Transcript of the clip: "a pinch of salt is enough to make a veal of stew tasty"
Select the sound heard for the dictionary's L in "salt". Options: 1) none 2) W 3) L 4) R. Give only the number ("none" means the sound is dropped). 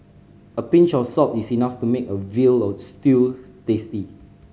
1